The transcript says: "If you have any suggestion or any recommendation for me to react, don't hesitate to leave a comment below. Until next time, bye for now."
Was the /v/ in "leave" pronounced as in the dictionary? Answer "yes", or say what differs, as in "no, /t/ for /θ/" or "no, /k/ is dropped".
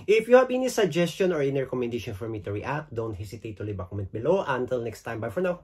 no, /b/ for /v/